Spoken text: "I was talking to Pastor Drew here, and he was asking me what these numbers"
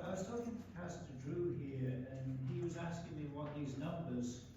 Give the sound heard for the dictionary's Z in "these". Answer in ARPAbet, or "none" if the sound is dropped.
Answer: Z